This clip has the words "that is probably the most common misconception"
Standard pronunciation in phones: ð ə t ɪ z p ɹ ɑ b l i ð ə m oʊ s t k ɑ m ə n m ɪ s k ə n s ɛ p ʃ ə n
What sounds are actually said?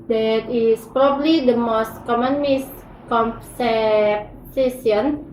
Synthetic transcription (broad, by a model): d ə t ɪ s p ɹ ɑ b l i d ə m oʊ s t k ɑ m ə n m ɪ s k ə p s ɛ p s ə n